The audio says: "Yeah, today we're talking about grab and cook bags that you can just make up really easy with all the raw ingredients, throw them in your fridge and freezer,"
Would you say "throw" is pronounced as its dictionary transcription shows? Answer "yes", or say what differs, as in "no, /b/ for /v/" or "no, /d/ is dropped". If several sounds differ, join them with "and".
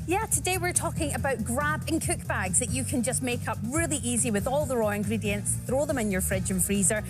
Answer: yes